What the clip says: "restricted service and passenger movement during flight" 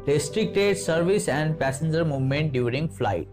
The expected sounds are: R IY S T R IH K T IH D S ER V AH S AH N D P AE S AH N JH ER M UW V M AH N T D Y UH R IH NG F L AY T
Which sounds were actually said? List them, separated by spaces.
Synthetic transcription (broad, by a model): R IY S T R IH K T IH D S ER V AH S AH N D P AE S AH N JH ER M UW V M AH N T D Y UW R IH NG F L AY T